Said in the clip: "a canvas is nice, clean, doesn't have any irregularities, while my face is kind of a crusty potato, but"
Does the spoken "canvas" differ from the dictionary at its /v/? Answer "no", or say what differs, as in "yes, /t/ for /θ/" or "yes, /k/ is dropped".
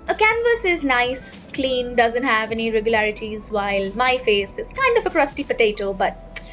no